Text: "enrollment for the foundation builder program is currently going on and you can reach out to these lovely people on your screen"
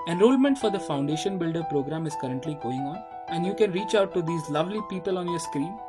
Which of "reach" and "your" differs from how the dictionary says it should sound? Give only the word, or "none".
none